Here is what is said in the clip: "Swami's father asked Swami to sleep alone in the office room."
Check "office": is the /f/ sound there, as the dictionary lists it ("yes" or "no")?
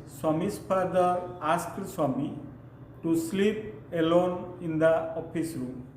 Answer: no